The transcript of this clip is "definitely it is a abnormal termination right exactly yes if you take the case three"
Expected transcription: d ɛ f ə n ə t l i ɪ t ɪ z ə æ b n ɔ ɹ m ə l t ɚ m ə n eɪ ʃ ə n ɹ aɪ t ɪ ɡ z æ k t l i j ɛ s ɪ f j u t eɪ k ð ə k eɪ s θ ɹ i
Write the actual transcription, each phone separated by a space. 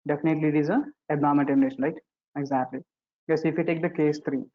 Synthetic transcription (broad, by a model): d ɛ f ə n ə t l i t ɪ z ə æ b ɔ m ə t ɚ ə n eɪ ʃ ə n ɹ aɪ t ɪ ɡ z æ k t l i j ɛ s ɪ f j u t eɪ k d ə k eɪ s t ɹ i